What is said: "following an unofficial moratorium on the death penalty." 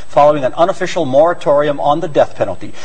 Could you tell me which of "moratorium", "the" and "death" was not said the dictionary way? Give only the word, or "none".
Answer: none